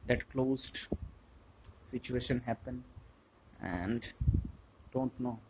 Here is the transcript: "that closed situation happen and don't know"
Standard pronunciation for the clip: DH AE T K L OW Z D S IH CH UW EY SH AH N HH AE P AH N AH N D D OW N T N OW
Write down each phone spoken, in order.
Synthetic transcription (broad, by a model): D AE T K L OW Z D S IH CH UW EY SH AH N HH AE P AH N AH N D D OW N T N OW